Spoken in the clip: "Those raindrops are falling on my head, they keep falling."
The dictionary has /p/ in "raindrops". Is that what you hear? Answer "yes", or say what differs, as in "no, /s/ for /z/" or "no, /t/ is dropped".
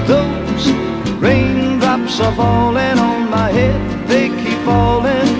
yes